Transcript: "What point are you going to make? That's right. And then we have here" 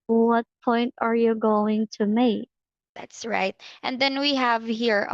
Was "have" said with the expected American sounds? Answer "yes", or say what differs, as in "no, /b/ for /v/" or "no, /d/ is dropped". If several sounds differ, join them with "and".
yes